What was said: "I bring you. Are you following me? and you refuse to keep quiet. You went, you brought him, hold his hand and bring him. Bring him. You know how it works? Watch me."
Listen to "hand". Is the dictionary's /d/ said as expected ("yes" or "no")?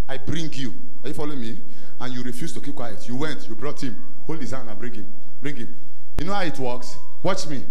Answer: no